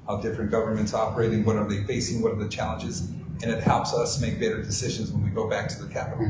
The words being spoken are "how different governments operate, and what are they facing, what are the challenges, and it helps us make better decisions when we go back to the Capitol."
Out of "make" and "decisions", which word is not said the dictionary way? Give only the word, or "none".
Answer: none